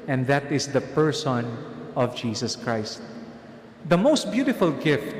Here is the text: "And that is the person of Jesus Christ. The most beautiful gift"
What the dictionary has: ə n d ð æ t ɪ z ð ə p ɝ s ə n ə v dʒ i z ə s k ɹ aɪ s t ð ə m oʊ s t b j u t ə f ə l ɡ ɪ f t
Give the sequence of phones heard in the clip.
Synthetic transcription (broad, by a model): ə n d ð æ t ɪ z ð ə p ɝ s ə n ə v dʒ i s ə s k ɹ aɪ s t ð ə m oʊ s t b j u t ə f ə l ɡ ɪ f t